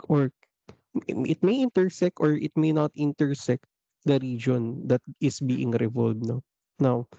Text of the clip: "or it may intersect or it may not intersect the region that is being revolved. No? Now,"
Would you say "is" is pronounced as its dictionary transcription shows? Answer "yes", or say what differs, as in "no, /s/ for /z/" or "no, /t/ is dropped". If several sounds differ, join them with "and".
no, /s/ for /z/